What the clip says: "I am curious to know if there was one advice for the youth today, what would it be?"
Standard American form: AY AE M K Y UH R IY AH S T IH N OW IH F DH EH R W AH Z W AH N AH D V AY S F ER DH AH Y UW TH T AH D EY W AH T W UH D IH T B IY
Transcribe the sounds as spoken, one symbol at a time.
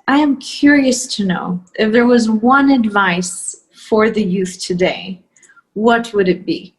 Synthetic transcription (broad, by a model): AY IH M K Y UH R IY AH S T IH N OW IH F DH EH R W AH Z W AH N AH D V AY S F ER DH AH Y UW TH T AH D EY W AH T W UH D IH T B IY